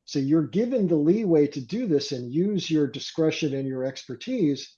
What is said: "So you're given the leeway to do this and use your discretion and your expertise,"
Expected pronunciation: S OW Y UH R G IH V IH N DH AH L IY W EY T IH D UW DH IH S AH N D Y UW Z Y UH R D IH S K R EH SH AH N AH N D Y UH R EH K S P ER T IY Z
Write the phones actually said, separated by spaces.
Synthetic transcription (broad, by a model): S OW Y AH R G IH V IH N DH AH L IY W EY T IH D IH DH IH S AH N Y UW Z Y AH R D IH S K R EH SH AH N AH N Y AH R EH K S P ER T IY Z